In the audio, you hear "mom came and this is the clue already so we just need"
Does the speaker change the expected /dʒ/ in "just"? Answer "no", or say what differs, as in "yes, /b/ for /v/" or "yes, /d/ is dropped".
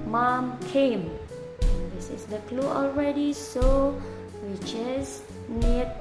yes, /tʃ/ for /dʒ/